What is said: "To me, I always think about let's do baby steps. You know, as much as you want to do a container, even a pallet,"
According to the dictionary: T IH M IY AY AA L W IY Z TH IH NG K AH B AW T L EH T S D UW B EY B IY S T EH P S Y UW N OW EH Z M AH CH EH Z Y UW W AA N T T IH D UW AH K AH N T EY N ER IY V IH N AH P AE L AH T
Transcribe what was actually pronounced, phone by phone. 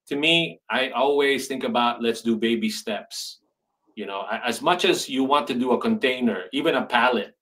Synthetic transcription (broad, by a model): T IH M IY AY AA L W IY Z TH IH NG K AH B AW T L EH T S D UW B EY B IY S T EH P S Y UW N OW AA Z M AH CH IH Z Y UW W AA N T T IH D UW AH K AH N T EY N ER IY V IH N AH P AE L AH T